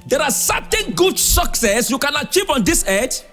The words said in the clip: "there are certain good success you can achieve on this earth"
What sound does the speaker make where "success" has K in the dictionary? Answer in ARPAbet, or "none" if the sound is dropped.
K